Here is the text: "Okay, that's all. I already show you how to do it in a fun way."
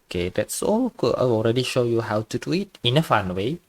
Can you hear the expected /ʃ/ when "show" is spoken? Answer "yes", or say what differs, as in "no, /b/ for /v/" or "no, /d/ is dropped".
yes